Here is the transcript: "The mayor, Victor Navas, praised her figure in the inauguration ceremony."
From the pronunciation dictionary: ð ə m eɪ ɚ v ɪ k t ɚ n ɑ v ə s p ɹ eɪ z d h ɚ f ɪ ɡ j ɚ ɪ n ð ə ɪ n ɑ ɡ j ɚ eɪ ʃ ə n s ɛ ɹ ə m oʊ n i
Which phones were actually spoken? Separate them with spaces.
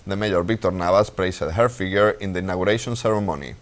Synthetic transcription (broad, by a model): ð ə m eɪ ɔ b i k t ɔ n ɑ b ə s p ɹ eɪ s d h ɚ f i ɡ j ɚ ɪ n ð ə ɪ n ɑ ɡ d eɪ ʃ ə n s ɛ ɹ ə m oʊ n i